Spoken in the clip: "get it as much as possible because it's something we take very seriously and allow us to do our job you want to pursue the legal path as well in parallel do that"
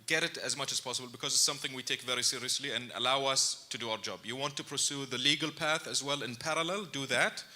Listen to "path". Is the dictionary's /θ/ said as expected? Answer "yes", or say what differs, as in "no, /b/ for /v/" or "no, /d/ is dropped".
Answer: yes